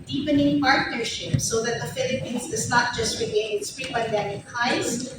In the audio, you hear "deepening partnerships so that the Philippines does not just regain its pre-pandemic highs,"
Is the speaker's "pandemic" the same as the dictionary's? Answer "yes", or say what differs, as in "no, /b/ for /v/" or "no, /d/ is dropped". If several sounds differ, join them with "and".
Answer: no, /n/ is dropped